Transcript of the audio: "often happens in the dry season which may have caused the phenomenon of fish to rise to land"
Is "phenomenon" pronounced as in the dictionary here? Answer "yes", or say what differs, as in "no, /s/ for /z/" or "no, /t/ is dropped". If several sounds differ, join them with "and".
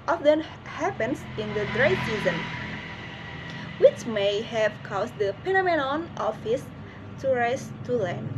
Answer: no, /p/ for /f/